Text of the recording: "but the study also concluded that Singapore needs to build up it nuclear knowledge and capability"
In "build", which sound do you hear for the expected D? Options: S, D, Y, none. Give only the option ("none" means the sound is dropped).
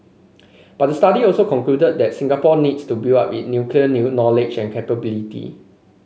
none